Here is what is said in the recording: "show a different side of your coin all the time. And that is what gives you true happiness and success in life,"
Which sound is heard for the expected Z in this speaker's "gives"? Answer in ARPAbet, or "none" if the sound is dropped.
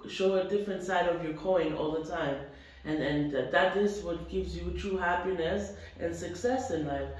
Z